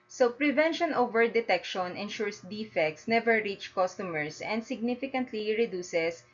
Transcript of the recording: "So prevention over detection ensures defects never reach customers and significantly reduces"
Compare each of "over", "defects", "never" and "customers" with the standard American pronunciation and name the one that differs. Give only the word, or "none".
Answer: customers